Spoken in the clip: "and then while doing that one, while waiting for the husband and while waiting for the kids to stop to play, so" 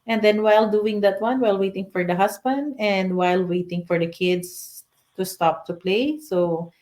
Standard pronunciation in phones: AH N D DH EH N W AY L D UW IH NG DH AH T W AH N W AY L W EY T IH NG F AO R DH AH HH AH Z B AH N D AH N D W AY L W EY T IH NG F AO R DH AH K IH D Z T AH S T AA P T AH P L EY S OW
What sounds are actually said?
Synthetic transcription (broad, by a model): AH N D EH N W AY L D UW IH NG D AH T W AH N W AY L W EY T IH NG F AO R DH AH HH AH S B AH N D AH N D W AY L W EY T IH NG F AO R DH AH K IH D S T AH S T AA P T AH P L EY S OW